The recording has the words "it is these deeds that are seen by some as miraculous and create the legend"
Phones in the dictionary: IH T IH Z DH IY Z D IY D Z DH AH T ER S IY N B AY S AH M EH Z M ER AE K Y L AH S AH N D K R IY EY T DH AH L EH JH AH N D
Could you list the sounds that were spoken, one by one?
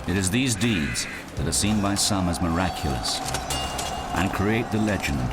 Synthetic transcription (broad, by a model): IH T IH Z DH IY Z D IY D Z DH AH T ER S IY N B AY S AH M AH Z M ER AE K Y L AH S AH N K R IY EY T DH AH L EH JH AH N